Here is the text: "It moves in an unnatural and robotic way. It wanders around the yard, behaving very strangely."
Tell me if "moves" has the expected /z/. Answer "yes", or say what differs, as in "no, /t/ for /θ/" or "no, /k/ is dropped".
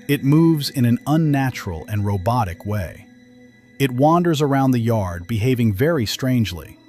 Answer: yes